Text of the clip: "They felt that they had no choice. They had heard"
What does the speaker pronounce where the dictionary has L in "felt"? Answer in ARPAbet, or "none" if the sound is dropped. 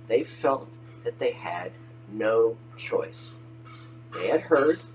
L